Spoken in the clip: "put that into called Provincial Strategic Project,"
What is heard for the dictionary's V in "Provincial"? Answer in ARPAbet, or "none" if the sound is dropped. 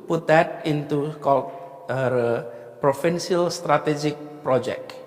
F